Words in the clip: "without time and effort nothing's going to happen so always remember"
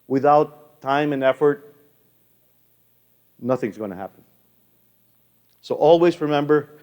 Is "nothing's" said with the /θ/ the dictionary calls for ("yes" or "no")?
yes